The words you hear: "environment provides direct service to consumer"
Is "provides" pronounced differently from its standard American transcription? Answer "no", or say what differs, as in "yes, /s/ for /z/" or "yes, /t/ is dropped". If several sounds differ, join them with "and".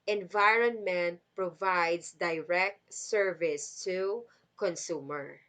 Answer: yes, /s/ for /z/